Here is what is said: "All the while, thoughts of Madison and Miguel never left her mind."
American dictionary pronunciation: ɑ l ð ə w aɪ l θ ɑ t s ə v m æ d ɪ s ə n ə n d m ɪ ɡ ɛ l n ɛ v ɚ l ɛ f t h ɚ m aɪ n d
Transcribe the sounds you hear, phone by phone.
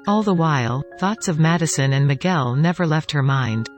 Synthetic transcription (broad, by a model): ɑ l ð ə w aɪ l θ ɑ t s ə v m æ d ɪ s ə n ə n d m ɪ ɡ ɛ l n ɛ v ɚ l ɛ f t h ɚ m aɪ n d